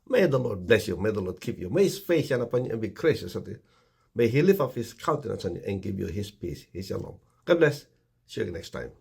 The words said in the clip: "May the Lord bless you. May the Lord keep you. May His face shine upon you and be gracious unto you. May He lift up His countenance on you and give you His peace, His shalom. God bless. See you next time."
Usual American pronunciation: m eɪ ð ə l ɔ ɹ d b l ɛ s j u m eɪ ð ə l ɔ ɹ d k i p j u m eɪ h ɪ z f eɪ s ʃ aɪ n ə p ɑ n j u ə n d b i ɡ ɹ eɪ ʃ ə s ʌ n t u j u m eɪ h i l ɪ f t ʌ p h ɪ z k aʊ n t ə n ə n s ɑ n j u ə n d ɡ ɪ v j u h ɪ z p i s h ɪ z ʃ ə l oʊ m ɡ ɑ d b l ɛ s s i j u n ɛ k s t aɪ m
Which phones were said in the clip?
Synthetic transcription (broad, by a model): m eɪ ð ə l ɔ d b l ɛ s j u m eɪ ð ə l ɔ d k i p j u m eɪ h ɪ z f eɪ s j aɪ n ə p ɑ n j u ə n b i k ɹ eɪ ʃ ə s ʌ t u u m eɪ h i l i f ʌ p h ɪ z k aʊ n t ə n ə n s ɑ n j u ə n ɡ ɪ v j u h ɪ s p i s h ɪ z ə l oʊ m ɡ ɑ d b l ɛ s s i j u n ɛ k s t aɪ m